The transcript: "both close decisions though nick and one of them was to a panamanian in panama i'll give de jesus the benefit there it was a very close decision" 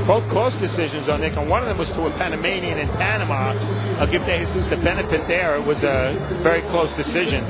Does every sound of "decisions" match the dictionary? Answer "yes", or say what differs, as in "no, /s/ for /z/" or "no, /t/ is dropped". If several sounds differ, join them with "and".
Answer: yes